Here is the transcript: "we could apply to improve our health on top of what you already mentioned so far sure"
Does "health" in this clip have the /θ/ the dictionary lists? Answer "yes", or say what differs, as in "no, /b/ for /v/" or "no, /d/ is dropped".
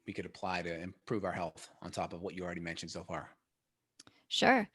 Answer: yes